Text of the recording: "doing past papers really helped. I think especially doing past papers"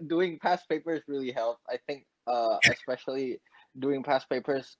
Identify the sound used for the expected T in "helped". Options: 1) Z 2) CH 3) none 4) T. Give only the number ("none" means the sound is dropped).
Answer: 3